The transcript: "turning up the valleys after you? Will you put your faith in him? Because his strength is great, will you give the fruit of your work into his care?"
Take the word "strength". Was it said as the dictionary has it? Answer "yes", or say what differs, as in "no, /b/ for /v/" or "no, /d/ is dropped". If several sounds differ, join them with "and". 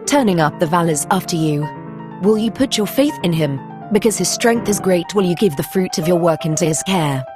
yes